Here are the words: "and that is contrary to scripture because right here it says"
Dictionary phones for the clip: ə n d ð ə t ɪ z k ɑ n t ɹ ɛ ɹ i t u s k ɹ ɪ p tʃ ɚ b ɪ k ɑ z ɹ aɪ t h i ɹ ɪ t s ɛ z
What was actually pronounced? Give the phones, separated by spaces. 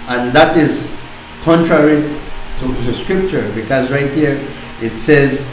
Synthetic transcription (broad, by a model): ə n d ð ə t ɪ z k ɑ n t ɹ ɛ ɹ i t u s k ɹ ɪ p tʃ ɚ b ɪ k ɑ z ɹ aɪ t h i ɹ ɪ t s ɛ z